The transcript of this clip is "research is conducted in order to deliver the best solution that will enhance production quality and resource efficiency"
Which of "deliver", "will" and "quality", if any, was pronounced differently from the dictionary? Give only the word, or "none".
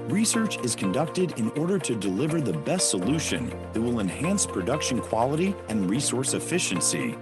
none